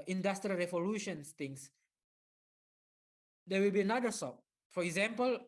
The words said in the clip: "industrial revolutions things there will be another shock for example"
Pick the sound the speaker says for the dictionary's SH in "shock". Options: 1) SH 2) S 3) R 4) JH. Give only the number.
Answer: 2